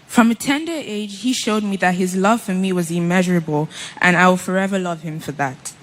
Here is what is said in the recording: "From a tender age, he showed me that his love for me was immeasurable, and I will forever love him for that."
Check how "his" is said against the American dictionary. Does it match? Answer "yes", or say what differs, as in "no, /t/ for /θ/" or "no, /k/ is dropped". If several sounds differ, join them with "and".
yes